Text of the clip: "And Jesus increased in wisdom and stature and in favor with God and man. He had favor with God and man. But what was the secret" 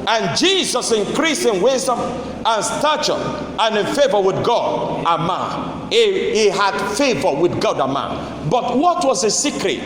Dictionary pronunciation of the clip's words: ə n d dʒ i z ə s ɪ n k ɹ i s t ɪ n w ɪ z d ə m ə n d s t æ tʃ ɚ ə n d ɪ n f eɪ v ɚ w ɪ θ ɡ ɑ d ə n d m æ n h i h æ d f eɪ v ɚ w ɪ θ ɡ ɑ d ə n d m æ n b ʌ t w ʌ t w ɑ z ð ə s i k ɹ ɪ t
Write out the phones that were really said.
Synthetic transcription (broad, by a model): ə n dʒ i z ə s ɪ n k ɹ i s ɪ n w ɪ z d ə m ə n s t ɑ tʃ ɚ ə n ɪ n f eɪ v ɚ w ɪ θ ɡ ɑ d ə m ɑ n h i h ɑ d f eɪ v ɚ w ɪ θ ɡ ɑ d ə m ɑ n b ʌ t w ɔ t w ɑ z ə s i k ɹ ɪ t